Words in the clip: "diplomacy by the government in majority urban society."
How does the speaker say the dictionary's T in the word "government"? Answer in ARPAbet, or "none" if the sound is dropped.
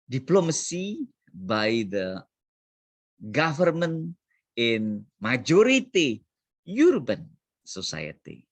none